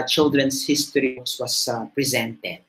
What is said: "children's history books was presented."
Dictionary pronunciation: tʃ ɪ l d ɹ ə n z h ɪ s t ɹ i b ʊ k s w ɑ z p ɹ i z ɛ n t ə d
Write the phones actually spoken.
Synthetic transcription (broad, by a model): tʃ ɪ l d ɹ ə n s h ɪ s t i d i s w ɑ s p ɹ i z ɛ n t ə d